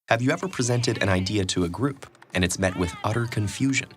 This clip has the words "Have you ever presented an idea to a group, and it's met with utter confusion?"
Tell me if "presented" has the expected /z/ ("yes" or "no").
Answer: yes